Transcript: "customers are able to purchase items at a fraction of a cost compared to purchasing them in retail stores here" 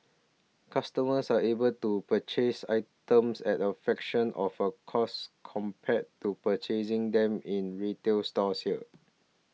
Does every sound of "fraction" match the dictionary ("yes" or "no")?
no